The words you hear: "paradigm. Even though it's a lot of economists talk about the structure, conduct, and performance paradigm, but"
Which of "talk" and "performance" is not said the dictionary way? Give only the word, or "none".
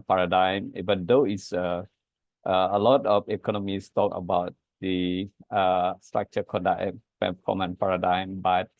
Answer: performance